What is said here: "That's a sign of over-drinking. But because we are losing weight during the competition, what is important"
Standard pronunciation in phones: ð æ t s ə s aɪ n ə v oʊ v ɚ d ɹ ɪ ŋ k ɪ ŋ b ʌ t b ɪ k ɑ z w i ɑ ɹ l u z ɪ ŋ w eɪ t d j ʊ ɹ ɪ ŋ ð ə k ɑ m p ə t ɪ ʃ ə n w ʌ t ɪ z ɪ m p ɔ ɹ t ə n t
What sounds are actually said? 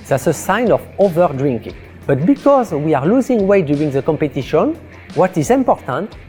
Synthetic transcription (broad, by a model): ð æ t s ə s aɪ n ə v oʊ v ɚ d ɹ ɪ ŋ k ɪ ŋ b ʌ t b ɪ k ɑ z w i ɑ ɹ l u z ɪ ŋ w eɪ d j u ɹ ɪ ŋ ð ə k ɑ m p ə t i ʃ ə n w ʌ t ɪ z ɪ m p ɔ ɹ t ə n t